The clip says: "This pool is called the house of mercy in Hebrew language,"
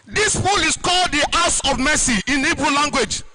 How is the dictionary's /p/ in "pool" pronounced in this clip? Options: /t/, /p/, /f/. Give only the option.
/f/